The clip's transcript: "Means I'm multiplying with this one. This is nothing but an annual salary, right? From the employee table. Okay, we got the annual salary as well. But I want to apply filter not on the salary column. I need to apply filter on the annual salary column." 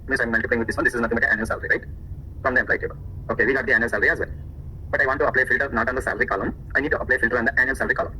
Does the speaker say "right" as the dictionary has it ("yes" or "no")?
yes